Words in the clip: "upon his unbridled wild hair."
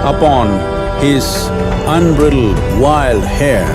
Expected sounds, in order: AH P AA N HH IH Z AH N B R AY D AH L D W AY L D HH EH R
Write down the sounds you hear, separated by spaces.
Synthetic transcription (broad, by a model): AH P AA N HH IH Z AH N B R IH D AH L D W AY L D HH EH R